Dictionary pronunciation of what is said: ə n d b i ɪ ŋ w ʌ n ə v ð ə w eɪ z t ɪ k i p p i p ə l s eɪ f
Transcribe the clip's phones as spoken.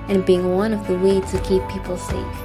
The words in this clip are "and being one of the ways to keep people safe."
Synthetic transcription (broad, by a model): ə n b i ɪ ŋ w ʌ n ə v ð ə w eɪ t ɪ k i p p i p l s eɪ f